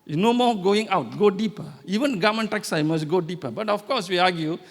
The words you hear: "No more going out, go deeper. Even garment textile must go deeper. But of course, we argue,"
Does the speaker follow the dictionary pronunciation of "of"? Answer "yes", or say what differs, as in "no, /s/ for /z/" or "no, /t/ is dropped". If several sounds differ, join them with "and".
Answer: no, /f/ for /v/